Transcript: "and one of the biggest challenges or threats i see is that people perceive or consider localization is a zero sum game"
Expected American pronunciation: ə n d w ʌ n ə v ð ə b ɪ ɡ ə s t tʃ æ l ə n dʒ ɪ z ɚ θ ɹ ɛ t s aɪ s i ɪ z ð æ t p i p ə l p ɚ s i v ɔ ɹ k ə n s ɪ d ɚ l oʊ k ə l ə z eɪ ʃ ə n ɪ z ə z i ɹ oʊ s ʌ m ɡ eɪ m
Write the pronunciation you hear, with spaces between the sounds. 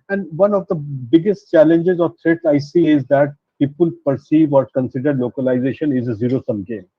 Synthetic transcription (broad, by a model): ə n d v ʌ n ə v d ə b ɪ ɡ ə s t tʃ æ l ə n dʒ ɪ z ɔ t ɹ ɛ t aɪ s i ɪ z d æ t p i p ə l p ɚ s i v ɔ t k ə n s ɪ d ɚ l oʊ k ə l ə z eɪ ʃ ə n ɪ z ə z i ɹ oʊ s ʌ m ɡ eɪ